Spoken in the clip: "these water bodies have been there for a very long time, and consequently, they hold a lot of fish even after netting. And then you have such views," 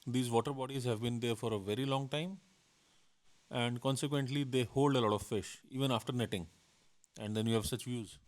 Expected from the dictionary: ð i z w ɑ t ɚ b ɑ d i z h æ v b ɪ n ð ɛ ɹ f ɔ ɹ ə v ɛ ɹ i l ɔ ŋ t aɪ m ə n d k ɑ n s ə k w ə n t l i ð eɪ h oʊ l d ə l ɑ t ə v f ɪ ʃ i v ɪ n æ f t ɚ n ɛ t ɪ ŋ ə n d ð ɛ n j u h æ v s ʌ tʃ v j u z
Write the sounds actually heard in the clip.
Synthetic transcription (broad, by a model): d i z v ɑ t ɚ b ɑ d i z h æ v b ɪ n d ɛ ɹ f ɔ ɹ ə v ɛ ɹ i l ɔ ŋ t aɪ m ə n d k ɑ n s ə k w ə n t l i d eɪ h oʊ l d ə l ɑ t ə v f ɪ ʃ i v ɪ n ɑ f t ɚ n ɛ t ɪ ŋ ə n d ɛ n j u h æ v s ʌ tʃ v j u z